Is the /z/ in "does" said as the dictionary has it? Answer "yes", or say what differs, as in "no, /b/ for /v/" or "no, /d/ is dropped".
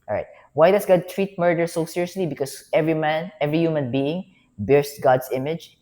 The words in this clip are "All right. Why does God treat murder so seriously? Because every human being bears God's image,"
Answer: no, /s/ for /z/